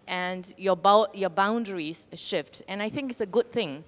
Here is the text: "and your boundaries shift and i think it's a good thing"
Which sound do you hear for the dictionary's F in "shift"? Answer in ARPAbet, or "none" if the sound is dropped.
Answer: F